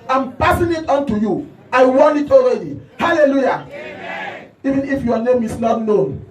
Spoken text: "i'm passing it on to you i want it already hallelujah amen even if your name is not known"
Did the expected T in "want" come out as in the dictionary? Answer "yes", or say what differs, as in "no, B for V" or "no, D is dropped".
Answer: no, T is dropped